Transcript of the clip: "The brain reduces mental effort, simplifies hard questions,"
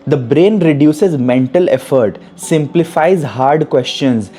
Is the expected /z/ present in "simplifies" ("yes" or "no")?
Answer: yes